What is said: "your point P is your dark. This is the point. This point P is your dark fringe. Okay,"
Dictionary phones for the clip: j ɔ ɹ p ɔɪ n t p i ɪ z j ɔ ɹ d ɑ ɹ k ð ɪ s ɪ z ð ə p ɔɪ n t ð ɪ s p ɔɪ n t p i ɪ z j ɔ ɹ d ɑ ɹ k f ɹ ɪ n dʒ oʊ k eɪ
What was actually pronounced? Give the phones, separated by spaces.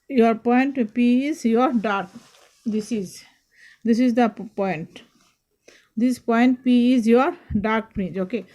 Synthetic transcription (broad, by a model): j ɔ ɹ p ɔɪ n t p i ɪ z j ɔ ɹ d ɑ ɹ k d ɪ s ɪ z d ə p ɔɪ n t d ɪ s p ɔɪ n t p i ɪ z j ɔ ɹ d ɑ ɹ k p ɹ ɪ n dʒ oʊ k eɪ